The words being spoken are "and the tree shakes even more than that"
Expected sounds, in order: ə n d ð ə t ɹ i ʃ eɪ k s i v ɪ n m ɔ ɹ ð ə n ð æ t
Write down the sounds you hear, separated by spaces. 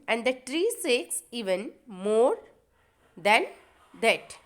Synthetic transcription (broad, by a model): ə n d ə t ɹ i s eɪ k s i v ɪ n m ɔ ɹ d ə n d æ t